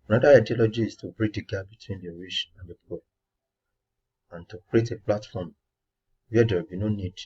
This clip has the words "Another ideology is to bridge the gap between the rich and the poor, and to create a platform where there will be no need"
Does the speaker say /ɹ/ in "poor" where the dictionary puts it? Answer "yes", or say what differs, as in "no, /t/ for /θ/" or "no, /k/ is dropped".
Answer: no, /l/ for /ɹ/